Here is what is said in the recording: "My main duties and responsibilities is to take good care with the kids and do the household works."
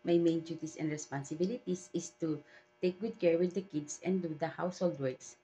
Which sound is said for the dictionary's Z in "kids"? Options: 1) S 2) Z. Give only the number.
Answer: 1